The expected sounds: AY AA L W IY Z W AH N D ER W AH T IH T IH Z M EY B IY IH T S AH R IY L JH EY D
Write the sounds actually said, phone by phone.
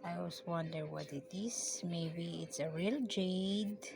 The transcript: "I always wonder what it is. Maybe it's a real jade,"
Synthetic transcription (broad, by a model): AY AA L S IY W AH N D ER W AH T IH T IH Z M EY B IY IH T S AH R IY L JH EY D